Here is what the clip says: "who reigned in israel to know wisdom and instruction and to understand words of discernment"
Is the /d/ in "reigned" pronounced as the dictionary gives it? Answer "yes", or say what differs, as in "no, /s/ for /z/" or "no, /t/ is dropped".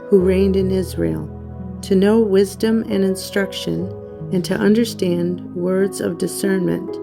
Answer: yes